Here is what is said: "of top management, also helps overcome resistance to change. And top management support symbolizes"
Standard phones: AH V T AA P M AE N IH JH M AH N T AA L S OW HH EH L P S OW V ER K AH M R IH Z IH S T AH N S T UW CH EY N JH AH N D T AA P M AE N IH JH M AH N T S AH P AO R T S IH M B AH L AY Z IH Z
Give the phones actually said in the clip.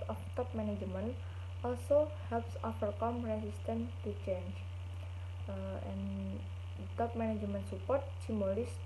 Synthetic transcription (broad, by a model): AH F T AA P M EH N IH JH M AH N T AA L S OW HH EH L P S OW F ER K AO M R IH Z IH S T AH N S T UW CH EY N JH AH N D T AA P M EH N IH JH M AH N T S AH P AO R T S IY M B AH L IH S